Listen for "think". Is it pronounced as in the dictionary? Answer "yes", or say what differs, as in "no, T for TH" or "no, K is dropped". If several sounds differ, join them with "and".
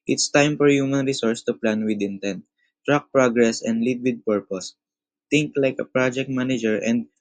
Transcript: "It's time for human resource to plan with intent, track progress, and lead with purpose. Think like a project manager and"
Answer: no, T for TH